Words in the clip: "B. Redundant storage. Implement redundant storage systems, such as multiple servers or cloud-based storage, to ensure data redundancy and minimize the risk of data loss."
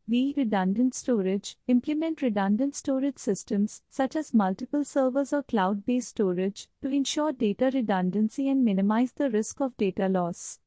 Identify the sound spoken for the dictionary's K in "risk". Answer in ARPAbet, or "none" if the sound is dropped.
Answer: K